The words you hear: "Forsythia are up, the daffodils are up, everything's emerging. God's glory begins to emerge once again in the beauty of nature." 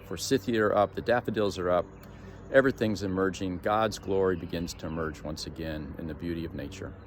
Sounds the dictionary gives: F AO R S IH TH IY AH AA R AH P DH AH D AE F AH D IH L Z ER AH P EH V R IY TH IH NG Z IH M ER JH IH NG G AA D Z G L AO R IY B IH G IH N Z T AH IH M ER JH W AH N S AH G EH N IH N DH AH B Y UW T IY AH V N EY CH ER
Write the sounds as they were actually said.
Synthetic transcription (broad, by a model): F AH R S IH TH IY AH R AH P DH AH D AE F AH D IH L Z ER AH P EH V R IY TH IH NG Z IH M ER JH IH NG G AA D Z G L AO R IY B IH G IH N Z T AH IH M ER JH W AH N S AH G EH N IH N DH AH B Y UW T IY AH V N EY CH ER